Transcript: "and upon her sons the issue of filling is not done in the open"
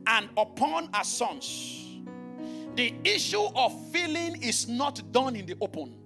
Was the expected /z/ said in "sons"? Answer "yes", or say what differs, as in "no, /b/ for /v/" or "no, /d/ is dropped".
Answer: no, /s/ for /z/